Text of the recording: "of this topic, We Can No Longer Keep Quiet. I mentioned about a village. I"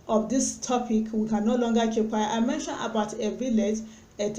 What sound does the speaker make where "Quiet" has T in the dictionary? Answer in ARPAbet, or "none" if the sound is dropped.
none